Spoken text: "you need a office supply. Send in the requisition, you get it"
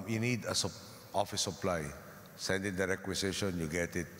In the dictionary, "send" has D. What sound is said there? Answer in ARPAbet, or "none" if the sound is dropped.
D